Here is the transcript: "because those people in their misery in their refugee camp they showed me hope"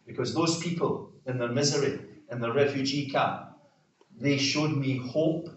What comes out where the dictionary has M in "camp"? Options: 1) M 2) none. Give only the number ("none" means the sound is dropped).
2